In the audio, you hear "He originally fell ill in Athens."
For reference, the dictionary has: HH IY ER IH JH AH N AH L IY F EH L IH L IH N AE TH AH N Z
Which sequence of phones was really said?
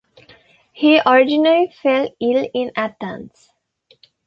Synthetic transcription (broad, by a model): HH IY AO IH JH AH N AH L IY F EH L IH L IH N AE T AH N S